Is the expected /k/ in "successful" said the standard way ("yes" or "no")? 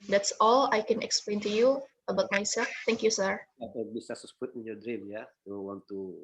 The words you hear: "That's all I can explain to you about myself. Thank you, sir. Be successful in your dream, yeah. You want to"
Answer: no